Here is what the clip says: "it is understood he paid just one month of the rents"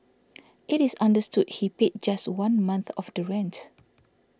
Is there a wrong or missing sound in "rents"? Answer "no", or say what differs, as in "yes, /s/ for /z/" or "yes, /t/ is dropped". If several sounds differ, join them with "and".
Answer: yes, /s/ is dropped